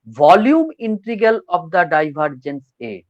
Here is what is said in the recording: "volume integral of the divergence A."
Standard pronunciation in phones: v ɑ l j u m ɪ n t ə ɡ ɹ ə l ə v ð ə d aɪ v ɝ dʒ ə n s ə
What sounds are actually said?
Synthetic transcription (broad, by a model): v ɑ l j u m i n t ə ɡ ə l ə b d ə d aɪ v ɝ dʒ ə n s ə